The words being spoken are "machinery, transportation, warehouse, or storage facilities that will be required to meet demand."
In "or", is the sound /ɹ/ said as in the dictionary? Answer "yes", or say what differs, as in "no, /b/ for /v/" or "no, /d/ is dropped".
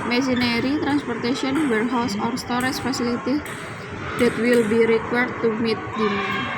yes